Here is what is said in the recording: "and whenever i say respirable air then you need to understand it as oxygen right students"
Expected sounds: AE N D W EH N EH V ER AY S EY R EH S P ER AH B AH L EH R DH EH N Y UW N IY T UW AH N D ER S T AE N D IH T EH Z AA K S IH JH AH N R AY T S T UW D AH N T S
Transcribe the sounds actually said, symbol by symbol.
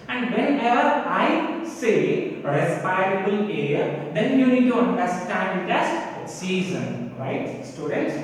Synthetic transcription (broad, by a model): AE N D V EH N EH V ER AY S EY R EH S P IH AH B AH L EH R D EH N Y UW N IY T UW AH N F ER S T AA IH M IH T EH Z S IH Z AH N R AY T S T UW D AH N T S